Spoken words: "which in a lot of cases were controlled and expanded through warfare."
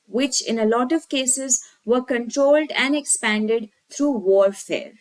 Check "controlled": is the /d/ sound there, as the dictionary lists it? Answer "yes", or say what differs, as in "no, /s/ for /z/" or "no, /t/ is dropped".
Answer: yes